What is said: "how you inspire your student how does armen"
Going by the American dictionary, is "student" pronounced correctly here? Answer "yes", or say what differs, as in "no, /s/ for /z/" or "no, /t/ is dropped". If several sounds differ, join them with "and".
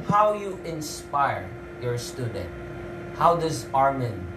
yes